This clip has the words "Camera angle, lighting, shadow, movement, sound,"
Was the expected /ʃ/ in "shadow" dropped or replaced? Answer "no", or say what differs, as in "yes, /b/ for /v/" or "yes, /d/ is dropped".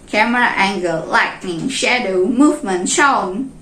no